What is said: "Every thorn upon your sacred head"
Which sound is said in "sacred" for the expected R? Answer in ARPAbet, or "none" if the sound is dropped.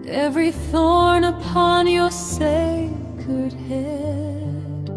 none